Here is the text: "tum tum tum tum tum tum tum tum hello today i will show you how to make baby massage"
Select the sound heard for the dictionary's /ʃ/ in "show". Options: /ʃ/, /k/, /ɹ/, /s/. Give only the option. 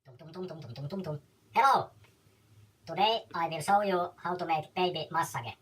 /s/